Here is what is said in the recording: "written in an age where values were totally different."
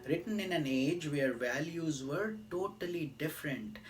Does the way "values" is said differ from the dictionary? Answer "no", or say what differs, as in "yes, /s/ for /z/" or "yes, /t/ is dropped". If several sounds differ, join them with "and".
no